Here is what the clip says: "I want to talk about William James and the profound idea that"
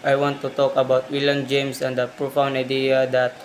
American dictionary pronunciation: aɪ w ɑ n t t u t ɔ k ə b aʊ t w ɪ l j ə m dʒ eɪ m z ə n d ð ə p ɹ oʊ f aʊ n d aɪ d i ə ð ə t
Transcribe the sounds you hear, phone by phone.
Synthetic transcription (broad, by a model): aɪ w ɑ n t t u t ɔ k ə b aʊ t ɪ l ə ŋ dʒ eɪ m s ə n d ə p ɹ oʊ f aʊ n aɪ d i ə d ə t